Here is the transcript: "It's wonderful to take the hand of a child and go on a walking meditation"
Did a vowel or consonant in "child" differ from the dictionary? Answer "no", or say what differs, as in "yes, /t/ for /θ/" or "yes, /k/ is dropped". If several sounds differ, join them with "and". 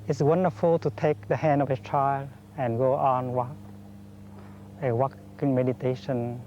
yes, /d/ is dropped